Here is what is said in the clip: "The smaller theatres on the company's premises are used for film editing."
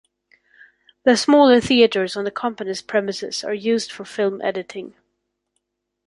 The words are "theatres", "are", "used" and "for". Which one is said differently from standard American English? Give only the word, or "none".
none